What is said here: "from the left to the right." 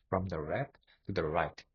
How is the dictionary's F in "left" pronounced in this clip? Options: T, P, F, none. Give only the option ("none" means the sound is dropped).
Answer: none